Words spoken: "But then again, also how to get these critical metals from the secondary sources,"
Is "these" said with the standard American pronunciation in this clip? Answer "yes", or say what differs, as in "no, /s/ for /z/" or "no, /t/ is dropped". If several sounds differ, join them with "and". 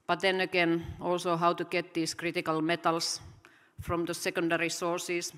no, /s/ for /z/